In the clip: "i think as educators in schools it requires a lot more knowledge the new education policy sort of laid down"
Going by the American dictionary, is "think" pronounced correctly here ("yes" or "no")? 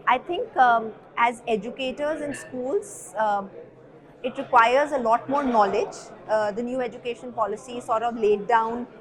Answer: no